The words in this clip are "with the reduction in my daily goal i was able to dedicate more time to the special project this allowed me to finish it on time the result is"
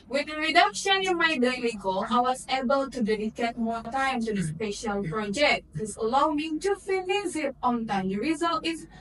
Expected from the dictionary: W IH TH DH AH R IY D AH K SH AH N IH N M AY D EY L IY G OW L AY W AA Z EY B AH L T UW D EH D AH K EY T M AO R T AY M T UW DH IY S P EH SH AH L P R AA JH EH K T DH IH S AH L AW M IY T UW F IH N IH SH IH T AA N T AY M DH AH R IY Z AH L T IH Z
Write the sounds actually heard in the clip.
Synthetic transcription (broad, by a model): W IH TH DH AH R IY D AH K SH AH N IH N M AY D EY L IY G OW AY W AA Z EY B AH L T UW D EH D AH K EY T M AO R T AY M T UW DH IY S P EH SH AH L P R AA JH EH K T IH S AH L AW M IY T UW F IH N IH S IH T AA N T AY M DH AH R IY Z AH L T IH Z